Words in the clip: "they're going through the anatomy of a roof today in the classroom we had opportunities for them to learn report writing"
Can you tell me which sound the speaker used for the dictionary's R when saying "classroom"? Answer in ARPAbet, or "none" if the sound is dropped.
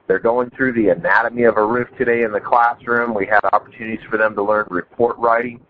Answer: R